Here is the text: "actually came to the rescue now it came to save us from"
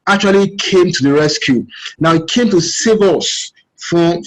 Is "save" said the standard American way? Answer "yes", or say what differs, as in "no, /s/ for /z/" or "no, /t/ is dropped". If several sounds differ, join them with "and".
yes